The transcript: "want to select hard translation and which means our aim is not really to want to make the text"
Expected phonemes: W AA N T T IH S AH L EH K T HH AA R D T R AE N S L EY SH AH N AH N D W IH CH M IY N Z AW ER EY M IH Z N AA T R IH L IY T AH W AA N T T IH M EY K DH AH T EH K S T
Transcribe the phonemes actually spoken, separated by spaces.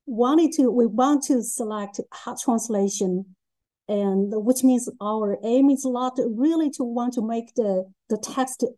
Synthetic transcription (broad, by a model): W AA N T T IH S AH L EH K T HH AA T R AE N S L EY SH AH N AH N W IH CH M IY N Z AW ER EY M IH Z L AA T R IH L IY T AH W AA N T T IH M EY K DH AH T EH K S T